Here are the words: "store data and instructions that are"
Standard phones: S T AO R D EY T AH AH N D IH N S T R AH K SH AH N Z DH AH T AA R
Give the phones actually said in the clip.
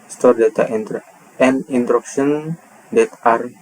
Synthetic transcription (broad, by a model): S T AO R D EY T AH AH N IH N T R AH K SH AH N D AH T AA R